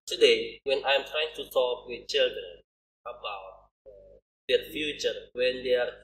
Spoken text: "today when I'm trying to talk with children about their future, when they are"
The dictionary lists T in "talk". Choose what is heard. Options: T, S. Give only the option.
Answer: S